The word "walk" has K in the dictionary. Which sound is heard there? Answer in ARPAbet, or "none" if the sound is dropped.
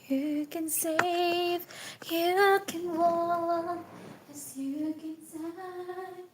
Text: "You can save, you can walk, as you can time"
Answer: none